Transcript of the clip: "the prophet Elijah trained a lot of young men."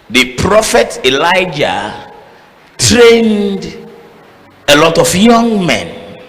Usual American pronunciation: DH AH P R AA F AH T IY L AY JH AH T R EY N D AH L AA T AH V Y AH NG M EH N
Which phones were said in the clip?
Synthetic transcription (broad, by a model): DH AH P R AA F AH T IY L AY JH AH T R EY N D AH L AA T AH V Y AH NG M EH N